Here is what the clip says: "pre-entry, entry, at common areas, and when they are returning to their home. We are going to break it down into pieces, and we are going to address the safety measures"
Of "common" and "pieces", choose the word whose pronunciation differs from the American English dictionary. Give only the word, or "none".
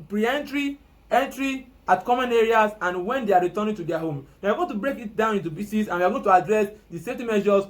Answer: pieces